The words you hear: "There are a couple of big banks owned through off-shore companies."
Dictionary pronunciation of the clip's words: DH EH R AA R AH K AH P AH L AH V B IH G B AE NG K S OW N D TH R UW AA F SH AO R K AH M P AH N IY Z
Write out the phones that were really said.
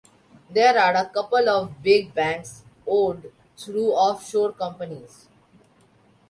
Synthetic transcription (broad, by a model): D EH R AA R AH K AH P AH L AH V B IH G B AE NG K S OW L D T R UW AA F SH AO R K AH M P AH N IY Z